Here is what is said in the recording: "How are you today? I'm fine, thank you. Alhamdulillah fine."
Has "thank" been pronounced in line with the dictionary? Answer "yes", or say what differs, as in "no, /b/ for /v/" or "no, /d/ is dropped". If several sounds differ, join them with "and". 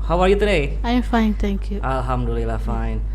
no, /t/ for /θ/